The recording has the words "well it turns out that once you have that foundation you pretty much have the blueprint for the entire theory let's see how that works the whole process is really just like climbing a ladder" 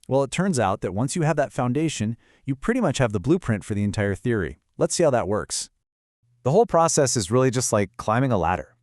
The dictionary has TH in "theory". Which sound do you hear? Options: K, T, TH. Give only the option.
TH